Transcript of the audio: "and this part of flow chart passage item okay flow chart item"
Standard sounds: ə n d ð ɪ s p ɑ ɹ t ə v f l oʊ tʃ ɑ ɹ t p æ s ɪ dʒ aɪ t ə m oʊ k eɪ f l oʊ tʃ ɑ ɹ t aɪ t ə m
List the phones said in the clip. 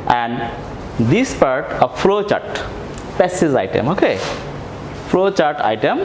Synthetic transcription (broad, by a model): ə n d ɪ s p ɑ ɹ t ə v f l oʊ tʃ ɑ ɹ t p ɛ s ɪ z aɪ t ə m oʊ k eɪ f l oʊ tʃ ɑ ɹ t aɪ t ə m